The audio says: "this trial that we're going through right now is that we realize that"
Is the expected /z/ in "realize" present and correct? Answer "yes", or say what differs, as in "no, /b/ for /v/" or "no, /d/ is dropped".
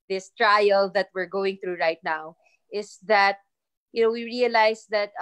no, /s/ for /z/